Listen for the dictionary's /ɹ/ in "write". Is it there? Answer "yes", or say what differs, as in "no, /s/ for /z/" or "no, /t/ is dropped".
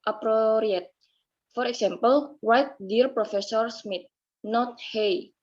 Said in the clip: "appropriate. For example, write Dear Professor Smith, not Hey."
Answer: no, /w/ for /ɹ/